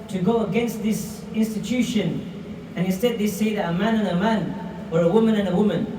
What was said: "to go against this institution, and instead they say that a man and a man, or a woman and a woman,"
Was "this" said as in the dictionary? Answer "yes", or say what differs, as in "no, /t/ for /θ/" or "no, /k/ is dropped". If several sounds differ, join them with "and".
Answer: yes